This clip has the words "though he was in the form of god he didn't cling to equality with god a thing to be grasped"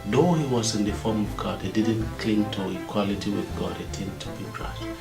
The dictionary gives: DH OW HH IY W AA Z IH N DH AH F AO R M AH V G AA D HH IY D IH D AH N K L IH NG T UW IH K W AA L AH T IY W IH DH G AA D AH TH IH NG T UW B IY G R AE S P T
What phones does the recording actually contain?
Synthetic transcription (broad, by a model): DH OW HH IY W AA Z IH N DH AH F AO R M AH V G AA D HH IY D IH D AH N K L IH NG T UW IH K W AA L AH T IY W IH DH G AA D AH T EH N T UW B IY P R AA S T